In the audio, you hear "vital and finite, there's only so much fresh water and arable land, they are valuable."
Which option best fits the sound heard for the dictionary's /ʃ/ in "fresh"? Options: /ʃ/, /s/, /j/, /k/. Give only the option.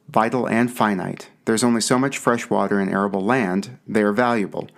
/ʃ/